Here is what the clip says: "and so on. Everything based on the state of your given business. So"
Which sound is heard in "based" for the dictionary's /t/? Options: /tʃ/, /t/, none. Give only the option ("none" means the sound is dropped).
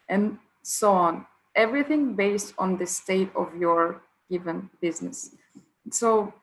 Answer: /t/